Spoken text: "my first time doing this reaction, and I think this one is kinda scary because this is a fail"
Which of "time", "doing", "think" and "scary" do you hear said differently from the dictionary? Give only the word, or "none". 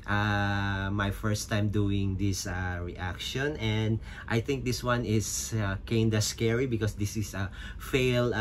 none